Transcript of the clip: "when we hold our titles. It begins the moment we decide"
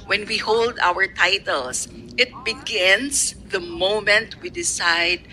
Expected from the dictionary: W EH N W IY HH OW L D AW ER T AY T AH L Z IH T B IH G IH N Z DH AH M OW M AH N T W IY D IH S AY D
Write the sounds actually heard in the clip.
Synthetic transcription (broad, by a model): W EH N W IY HH OW L D AW ER T AY T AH L S IH T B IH G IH N S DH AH M OW M AH N T W IY D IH S AY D